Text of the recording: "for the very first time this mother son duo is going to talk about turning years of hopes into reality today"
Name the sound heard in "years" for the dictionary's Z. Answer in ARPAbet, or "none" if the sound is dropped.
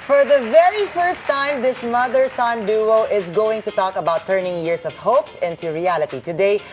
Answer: S